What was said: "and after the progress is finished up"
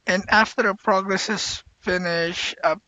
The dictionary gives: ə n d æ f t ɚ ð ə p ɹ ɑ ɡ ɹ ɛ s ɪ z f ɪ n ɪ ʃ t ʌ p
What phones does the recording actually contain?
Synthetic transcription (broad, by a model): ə n æ f t ɚ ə p ɹ ɑ ɡ ɹ ɛ s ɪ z f ɪ n ɪ ʃ ʌ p